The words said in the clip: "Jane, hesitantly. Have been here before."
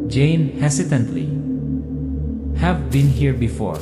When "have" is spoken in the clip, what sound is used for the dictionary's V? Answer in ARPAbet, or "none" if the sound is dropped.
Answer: V